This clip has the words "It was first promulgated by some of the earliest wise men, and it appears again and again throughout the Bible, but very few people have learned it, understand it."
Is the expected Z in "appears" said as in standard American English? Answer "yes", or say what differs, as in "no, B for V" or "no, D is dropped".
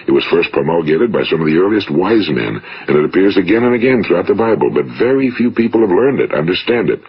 yes